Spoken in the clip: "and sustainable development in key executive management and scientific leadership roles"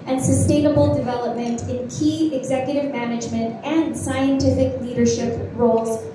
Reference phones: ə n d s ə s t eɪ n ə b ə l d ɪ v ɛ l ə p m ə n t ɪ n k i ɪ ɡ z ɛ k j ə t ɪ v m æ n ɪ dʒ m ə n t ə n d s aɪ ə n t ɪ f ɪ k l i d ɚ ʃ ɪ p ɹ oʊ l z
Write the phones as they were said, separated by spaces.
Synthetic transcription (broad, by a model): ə n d s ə s t eɪ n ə b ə l d ɪ v ɛ l ə p m ə n t ɪ n k i ɪ ɡ z ɛ k j ə t ɪ v m æ n ɪ dʒ m ə n t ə n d s aɪ ə n t ɪ f ɪ k l i d ɚ ʃ ɪ p ɹ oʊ l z